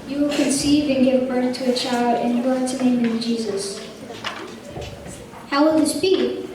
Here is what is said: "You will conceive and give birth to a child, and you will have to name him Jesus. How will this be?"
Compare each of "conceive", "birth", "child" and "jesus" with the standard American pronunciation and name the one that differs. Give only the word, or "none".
none